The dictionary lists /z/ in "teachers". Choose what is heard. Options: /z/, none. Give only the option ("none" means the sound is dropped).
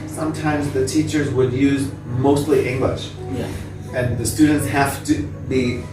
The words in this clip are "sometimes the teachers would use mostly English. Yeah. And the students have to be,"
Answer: /z/